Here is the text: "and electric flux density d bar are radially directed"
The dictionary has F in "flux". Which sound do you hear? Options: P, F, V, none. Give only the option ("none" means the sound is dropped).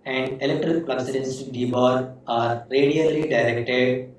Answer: P